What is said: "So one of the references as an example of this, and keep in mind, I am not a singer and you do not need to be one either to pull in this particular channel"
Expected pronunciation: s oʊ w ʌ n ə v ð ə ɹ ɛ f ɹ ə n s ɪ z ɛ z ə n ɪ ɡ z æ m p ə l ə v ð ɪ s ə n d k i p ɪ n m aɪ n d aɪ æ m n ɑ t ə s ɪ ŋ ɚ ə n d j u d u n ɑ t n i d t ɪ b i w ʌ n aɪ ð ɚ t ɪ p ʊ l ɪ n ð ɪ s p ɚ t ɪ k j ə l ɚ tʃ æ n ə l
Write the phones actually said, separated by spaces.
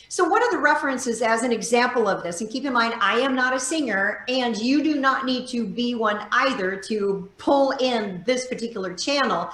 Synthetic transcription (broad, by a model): s oʊ w ʌ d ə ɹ ð ə ɹ ɛ f ɹ ə n s ɪ z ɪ z ə n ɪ ɡ z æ m p l ə v ð ɪ s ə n k i p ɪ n m aɪ n d aɪ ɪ m n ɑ t ə s ɪ ŋ ɚ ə n j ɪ d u n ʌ t n i d t ɪ b i w ʌ n aɪ ð ɚ t ɪ p ʊ l ɪ n ð ɪ s p ɚ t ɪ k j l ɚ tʃ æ n l